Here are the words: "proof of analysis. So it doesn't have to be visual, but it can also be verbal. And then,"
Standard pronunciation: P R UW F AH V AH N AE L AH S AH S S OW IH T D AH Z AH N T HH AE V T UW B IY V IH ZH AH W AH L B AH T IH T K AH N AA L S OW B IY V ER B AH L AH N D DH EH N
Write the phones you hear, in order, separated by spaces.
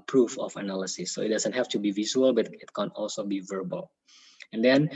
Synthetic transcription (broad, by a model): P R UW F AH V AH N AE L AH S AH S S OW IH T D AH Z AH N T HH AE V T UW B IY V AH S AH L B AH T IH T K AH N AA L S OW B IY V ER B AH L AH N D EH N